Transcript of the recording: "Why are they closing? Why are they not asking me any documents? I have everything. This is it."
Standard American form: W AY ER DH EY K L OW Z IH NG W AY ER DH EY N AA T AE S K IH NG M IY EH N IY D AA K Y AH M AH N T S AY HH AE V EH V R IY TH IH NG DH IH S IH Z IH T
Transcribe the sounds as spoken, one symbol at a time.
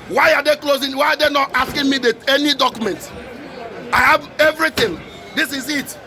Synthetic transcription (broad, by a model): W AY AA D EY K L OW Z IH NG W AY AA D EY N AA T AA S K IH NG M IY EH N IY D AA K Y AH M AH N T AY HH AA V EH V R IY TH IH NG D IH S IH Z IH T